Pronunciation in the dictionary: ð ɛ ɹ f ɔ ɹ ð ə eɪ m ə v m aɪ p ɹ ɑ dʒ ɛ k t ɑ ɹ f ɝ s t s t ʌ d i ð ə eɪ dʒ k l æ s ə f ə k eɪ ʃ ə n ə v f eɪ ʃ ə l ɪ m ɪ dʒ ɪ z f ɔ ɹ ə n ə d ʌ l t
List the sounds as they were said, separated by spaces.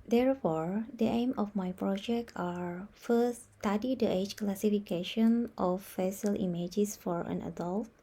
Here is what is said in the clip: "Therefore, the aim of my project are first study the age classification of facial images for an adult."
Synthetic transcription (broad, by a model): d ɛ ɹ f ɔ ɹ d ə eɪ m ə f m aɪ p ɹ ɑ dʒ ɛ k t ɑ ɹ f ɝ s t s t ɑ d i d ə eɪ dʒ k l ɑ s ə f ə k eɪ ʃ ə n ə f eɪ s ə l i m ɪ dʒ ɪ s f ɔ ɹ ə n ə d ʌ l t